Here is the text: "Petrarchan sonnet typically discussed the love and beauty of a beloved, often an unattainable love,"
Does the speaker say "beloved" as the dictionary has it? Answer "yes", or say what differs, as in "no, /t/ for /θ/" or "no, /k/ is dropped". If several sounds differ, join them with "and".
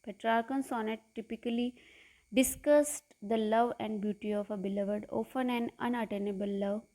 yes